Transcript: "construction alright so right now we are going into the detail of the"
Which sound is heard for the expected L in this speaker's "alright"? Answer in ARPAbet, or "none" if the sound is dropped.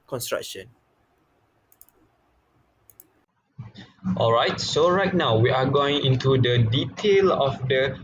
L